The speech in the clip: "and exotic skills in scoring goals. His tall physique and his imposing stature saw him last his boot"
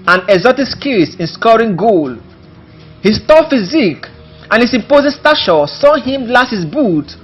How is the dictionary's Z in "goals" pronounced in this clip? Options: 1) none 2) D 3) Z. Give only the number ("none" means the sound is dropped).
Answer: 1